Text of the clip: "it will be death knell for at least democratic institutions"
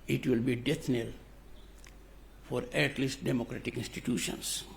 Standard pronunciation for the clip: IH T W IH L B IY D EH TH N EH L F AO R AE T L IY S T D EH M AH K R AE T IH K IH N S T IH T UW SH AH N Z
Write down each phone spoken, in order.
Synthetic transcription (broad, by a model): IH T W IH L B IY D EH T N EH L F AO R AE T L IY S T D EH M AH K R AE T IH K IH N S T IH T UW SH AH N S